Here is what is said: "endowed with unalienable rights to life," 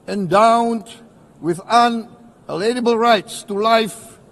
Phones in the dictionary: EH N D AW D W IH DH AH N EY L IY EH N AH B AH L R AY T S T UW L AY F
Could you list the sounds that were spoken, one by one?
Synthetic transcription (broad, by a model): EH N D AW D W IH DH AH N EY L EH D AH B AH L R AY T S T UW L AY F